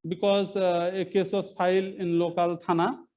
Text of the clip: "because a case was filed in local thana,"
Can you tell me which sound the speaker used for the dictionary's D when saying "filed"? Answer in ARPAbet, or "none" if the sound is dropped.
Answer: none